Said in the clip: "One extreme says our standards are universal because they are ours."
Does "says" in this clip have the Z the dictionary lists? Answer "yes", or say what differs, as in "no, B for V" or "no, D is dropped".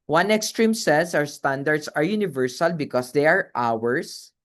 no, S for Z